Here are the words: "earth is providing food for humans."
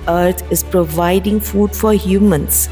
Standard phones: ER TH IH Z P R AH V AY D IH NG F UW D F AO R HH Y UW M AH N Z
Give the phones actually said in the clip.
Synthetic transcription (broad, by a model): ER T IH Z P R AH V AY D IH NG F UW D F AO R HH Y UW M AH N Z